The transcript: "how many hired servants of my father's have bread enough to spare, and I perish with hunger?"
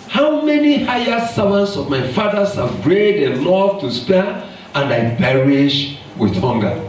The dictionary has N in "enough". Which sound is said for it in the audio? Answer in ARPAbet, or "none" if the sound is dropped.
L